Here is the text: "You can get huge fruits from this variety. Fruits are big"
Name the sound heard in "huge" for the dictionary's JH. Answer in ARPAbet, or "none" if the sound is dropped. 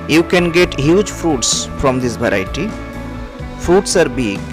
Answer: JH